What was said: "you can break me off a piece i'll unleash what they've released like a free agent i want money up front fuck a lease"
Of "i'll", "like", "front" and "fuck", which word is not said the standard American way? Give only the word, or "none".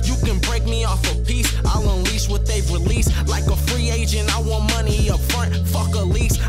none